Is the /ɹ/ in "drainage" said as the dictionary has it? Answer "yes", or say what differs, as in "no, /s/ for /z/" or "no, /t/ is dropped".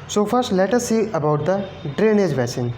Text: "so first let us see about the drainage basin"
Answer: yes